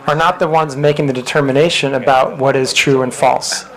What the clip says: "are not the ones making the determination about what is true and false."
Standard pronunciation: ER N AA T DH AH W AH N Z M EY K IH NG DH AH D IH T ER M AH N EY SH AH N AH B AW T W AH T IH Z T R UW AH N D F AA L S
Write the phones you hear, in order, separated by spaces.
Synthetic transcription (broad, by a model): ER N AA T DH AH W AH N Z M EY K IH NG DH AH D IH T ER M AH N EY SH AH N AH B AW T W AH T IH Z T R UW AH N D F AA L S